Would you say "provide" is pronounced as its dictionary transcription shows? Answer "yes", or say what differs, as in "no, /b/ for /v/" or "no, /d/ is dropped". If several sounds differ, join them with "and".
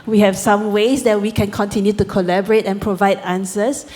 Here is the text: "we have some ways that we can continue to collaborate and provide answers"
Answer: yes